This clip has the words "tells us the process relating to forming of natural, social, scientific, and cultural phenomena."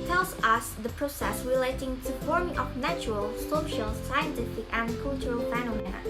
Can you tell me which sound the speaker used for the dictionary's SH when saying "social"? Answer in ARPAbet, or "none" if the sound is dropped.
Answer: SH